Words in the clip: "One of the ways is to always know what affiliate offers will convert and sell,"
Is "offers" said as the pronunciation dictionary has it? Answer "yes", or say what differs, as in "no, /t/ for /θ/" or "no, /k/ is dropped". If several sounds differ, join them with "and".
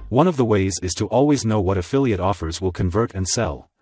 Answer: yes